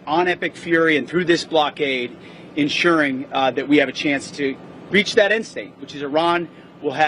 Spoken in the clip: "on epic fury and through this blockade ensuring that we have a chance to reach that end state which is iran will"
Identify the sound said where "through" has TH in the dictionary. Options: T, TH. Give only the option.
TH